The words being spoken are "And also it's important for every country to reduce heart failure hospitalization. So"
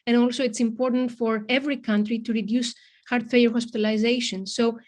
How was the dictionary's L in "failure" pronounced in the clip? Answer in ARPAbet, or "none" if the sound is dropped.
none